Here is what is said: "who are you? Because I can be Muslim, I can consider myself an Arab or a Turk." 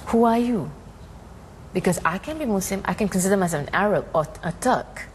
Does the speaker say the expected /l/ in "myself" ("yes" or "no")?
no